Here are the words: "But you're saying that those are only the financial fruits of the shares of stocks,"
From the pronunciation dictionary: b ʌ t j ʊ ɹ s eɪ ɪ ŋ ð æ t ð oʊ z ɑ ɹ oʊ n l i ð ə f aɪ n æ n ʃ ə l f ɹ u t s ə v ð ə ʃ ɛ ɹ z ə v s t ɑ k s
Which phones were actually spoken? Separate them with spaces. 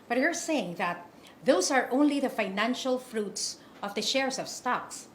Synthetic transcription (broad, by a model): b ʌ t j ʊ ɹ s eɪ ɪ ŋ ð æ t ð oʊ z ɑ ɹ oʊ n l i ð ə f aɪ n æ n ʃ ə l f ɹ u t s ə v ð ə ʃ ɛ ɹ s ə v s t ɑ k s